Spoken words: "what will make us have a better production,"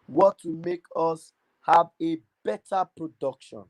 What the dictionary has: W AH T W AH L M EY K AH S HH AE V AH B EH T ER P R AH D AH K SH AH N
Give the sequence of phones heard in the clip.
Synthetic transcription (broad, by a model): W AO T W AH M EY K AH S HH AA V AH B EH T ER P R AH D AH K SH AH N